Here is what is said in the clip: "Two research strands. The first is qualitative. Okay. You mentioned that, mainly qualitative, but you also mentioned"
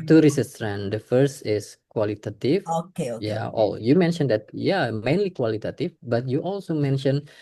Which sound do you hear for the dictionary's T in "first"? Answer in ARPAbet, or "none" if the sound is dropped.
T